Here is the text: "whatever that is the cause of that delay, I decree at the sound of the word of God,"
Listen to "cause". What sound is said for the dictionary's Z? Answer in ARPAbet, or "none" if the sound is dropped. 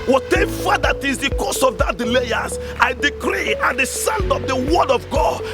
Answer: S